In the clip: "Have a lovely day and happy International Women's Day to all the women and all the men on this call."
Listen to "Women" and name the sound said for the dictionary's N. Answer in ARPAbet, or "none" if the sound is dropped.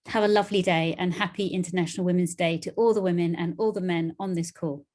N